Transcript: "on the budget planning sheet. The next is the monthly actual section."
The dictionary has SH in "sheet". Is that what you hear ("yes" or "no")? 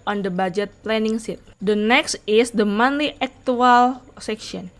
no